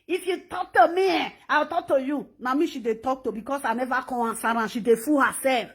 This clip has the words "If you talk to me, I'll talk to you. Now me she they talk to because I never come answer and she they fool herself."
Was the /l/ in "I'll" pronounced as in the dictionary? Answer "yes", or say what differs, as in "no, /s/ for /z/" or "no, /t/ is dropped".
no, /w/ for /l/